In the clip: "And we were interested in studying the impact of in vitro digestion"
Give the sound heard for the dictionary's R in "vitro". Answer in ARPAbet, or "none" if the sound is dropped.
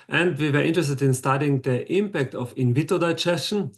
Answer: none